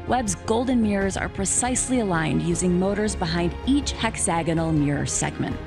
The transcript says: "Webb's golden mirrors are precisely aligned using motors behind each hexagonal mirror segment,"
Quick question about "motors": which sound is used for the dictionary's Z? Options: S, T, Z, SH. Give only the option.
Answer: Z